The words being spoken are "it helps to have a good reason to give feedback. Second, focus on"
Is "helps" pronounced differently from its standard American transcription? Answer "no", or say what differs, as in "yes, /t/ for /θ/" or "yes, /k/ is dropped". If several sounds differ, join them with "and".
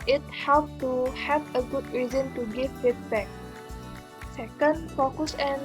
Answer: yes, /s/ is dropped